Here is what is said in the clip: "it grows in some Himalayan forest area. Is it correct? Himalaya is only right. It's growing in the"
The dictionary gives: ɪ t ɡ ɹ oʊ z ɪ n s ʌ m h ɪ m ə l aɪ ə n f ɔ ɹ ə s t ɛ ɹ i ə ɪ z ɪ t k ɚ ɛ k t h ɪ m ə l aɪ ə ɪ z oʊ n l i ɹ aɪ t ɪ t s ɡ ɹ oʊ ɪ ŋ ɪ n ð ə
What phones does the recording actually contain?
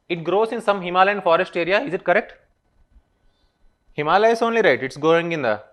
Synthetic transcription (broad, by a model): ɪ t ɡ ɹ oʊ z ɪ n s ʌ m h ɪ m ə l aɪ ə n f ɔ ɹ ə s t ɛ ɹ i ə ɪ z ɪ t k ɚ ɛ k t h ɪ m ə l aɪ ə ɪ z oʊ n l i ɹ aɪ t ɪ t s ɡ oʊ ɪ ŋ ɪ n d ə